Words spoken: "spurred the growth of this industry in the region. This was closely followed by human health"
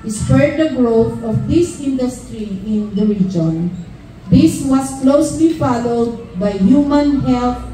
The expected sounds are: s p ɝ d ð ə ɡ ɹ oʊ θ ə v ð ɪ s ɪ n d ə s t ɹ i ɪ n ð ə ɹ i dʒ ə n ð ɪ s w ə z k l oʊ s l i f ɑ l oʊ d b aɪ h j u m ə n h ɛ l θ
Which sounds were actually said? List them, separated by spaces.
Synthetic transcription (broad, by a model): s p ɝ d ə ɡ ɹ oʊ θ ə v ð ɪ s ɪ n d ə s t ɹ i ɪ n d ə ɹ i dʒ ə n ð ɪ s w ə s k l oʊ s l i f ɑ l oʊ d b aɪ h j u m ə n h ɛ l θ